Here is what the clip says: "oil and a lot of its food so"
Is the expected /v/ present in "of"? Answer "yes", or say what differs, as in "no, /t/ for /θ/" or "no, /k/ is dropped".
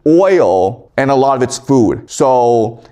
yes